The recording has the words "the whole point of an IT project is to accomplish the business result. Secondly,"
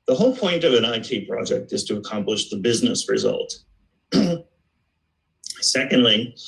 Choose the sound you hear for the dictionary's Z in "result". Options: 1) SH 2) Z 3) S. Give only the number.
2